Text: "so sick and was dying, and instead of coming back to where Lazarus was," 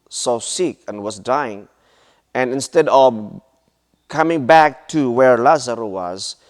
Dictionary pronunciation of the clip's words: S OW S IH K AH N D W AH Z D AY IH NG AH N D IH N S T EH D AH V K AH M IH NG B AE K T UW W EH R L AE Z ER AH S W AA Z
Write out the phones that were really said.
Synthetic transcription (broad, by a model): S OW S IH K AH N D W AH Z D AY IH NG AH N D IH N S T EH D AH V K AH M IH NG B AE K T UW W EH R L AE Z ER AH W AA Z